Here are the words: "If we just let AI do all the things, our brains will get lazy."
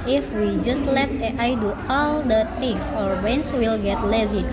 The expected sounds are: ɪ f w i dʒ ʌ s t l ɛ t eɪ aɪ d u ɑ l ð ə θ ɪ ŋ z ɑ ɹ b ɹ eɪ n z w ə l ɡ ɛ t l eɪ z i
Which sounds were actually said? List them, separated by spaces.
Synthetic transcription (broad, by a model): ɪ f w i dʒ ʌ s t l ɛ t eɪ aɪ d u ɑ l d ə t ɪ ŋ ɑ ɹ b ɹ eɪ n s w ə l ɡ ɛ t l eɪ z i